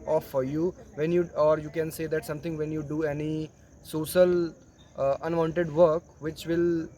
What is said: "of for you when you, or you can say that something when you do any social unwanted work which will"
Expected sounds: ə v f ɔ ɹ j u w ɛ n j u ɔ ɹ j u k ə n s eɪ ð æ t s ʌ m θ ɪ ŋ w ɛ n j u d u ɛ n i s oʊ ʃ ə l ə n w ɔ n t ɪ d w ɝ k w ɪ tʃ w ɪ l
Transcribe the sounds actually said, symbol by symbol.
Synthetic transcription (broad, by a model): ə f ɔ ɹ j u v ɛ n j u ɔ ɹ j u k ə n s eɪ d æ t s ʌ m t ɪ ŋ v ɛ n j u d u ɛ n i s oʊ ʃ ə l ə n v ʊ n t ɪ d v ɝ k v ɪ tʃ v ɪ l